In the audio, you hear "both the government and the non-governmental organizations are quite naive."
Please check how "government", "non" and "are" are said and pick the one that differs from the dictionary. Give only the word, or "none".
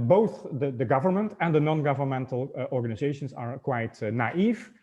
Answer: none